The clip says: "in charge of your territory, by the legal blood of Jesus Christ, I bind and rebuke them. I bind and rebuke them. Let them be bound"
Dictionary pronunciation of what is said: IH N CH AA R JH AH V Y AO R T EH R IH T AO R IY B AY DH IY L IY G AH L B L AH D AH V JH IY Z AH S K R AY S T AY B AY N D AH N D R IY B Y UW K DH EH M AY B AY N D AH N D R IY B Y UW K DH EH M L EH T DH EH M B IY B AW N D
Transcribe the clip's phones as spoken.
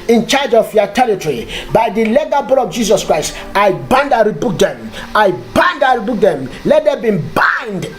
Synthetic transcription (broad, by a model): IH N CH AA JH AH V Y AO T EH R IH T AO R IY B AY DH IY L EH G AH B UW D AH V JH IY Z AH S K R AY S T AY B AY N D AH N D R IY B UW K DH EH M AY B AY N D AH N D R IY B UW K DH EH M L EH T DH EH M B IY B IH N D